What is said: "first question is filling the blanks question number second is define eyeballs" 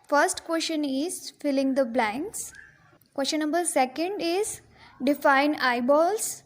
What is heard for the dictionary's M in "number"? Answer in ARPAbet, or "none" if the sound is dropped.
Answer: none